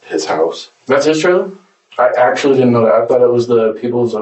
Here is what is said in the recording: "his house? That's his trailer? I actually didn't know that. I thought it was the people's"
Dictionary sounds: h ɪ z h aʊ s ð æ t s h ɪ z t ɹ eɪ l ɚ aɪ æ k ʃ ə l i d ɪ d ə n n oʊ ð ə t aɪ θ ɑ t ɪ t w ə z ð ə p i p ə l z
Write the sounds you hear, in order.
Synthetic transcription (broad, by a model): h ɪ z h aʊ s ð æ t s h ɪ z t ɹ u aɪ æ k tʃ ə l i d ɪ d n n oʊ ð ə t aɪ θ ɑ t ɪ t w ə z ð ə p i p l z